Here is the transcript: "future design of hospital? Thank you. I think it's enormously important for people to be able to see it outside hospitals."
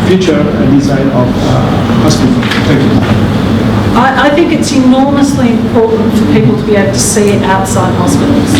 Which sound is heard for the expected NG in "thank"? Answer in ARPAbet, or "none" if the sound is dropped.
none